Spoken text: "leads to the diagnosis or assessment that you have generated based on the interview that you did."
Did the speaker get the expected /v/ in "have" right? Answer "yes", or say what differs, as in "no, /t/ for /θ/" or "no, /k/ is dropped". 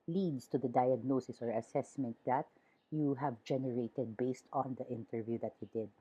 yes